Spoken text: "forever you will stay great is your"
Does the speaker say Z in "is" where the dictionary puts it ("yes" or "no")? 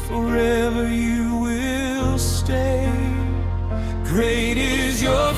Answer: yes